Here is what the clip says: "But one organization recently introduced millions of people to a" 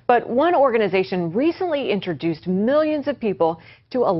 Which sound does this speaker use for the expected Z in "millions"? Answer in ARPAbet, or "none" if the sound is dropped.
Z